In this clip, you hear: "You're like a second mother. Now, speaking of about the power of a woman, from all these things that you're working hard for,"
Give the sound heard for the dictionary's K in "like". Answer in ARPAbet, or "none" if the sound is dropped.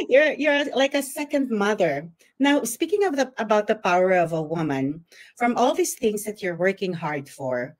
K